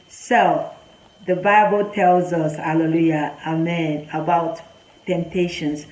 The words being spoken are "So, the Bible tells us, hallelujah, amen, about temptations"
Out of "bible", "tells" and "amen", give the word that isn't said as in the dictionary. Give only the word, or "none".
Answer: none